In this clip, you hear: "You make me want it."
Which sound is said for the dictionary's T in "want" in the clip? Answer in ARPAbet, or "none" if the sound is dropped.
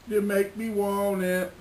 none